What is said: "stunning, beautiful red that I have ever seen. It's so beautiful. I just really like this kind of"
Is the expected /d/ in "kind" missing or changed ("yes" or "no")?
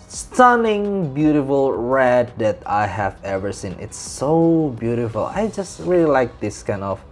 no